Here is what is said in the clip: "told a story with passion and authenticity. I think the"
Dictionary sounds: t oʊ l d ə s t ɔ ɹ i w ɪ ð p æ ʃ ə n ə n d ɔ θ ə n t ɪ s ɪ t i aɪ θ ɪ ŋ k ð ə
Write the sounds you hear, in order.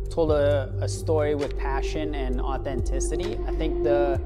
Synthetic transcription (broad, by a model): t oʊ l d ə s t ɔ ɹ i w ɪ ð p æ ʃ ə n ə n ɔ θ ə n t ɪ s ɪ t i aɪ θ ɪ ŋ k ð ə